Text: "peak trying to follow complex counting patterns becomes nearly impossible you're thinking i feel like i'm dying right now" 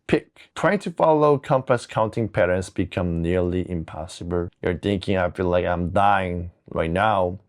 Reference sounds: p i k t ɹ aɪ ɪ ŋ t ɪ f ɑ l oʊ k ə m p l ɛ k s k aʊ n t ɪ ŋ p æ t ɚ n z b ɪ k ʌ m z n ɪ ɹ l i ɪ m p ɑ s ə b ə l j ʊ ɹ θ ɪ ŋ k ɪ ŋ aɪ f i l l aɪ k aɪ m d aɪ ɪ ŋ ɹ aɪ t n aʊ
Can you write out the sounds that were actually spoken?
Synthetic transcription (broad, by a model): p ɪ k t ɹ aɪ ɪ ŋ t ɪ f ɑ l oʊ k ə m p ʌ s k aʊ n t ɪ ŋ p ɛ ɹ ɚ n s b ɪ k ʌ m n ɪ ɹ l i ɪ m p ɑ s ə b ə l j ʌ ɹ θ ɪ ŋ k ɪ ŋ aɪ f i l l aɪ k aɪ m d aɪ ɪ ŋ ɹ aɪ t n aʊ